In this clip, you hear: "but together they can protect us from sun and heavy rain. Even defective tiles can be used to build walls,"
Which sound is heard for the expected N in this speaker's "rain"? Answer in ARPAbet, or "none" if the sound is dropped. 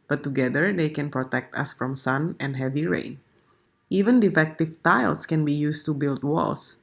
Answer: none